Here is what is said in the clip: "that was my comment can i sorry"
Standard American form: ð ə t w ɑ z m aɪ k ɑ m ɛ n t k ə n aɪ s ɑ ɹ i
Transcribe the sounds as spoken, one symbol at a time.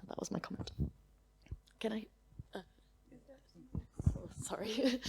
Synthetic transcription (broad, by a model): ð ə t w ɑ z m aɪ k ɑ m ɛ n t k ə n aɪ s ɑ ɹ i